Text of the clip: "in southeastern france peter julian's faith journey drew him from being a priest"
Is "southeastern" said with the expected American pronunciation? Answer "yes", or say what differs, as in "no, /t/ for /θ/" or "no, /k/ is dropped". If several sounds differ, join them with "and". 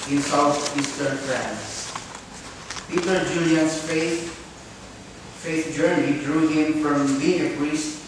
no, /t/ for /θ/